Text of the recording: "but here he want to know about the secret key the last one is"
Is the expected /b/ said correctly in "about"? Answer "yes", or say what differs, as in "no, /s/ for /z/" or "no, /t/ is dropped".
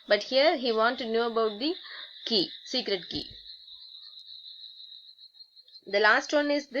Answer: yes